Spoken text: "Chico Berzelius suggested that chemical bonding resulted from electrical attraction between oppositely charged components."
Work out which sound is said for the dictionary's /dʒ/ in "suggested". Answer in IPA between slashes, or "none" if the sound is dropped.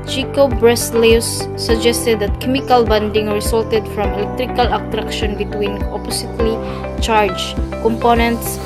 /dʒ/